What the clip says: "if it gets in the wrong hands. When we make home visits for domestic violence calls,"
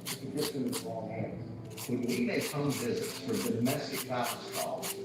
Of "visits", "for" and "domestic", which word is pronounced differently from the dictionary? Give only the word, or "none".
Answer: none